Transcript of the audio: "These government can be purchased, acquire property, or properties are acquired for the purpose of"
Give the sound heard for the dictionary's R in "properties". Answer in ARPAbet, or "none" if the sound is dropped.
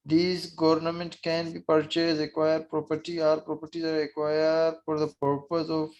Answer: R